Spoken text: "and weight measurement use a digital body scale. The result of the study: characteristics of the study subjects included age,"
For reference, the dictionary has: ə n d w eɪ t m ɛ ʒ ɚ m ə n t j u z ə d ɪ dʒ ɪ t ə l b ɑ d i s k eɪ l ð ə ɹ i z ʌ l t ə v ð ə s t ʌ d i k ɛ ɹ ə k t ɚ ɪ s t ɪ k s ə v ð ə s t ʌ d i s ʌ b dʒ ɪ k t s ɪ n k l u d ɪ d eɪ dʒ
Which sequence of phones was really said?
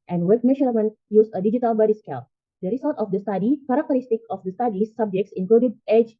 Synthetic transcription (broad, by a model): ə n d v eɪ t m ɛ ʃ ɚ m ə n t j u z ə d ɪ dʒ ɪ t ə l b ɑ d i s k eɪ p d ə ɹ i s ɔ t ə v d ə s t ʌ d i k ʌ ɹ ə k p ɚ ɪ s t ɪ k ə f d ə s t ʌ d i s ʌ b dʒ ɪ k t s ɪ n k l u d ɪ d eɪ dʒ